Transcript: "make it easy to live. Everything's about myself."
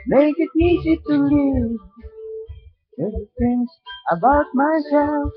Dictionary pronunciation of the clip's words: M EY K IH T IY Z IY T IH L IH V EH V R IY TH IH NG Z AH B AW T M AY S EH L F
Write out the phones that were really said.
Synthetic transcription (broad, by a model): M EY K IH T IY Z IY T IH L IH V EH P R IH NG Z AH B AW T M AY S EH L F